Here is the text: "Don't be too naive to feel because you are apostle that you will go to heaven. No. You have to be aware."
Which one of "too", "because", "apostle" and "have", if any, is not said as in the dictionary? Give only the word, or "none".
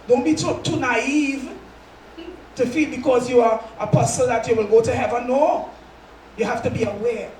have